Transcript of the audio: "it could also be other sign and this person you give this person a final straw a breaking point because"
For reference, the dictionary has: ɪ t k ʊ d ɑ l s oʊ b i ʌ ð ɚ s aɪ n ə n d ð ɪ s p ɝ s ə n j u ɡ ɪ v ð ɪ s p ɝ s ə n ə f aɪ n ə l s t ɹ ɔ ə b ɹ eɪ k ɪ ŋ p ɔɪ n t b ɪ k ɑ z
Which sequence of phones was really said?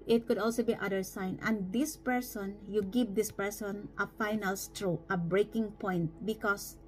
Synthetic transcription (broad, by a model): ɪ t k ʊ d ɑ l s oʊ b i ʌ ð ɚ s aɪ n ə n d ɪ s p ɝ s ə n j u ɡ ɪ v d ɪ s p ɝ s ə n ə f aɪ n ə l s t ɹ ɔ ə b ɹ eɪ k ɪ ŋ p ɔɪ n t b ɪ k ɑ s